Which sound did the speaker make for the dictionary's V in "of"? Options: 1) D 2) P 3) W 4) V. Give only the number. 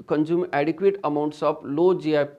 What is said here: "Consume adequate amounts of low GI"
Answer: 2